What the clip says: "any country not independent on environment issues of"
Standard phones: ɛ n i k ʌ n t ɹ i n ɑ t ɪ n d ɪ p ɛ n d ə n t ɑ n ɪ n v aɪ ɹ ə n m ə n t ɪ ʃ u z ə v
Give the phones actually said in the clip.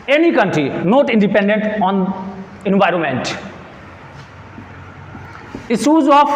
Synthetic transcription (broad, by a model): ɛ n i k ʌ n t ɹ i n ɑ t ɪ n d ɪ p ɛ n d ə n t ɑ n ɪ n v aɪ ɹ ə n m ə n t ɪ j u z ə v